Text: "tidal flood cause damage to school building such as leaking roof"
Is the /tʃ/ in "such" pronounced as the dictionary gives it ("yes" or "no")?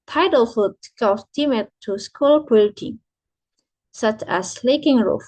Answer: yes